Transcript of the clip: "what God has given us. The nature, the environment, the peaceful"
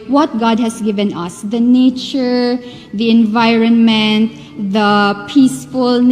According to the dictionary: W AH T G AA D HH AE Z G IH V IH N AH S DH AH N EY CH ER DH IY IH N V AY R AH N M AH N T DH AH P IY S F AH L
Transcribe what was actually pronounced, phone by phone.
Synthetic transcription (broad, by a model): W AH T G AA D HH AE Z G IH V IH N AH S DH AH N EY CH ER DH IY IH N V AY R AH N M AH N T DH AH P IY S F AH L